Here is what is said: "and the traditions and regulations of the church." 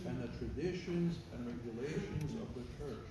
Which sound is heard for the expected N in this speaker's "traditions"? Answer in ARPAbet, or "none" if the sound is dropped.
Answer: N